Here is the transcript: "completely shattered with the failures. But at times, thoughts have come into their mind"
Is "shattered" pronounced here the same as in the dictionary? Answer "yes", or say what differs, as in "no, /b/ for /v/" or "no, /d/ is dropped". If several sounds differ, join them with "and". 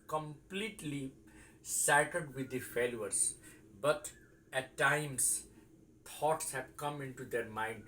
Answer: no, /s/ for /ʃ/